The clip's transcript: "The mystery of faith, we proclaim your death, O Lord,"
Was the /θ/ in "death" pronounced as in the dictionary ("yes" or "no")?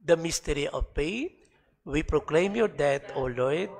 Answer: no